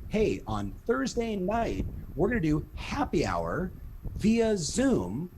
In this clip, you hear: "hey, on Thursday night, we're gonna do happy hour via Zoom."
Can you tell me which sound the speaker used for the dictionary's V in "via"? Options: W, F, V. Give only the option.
V